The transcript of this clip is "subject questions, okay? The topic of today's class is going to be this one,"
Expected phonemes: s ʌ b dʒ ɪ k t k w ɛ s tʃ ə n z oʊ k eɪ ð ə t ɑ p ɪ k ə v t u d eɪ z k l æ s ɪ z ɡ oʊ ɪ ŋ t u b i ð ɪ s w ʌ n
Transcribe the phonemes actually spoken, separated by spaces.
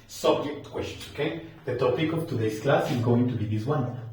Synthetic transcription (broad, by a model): s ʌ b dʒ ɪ k t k w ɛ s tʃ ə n oʊ k eɪ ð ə t ɑ p ɪ k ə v t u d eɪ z k l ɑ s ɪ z ɡ oʊ ɪ ŋ t u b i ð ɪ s w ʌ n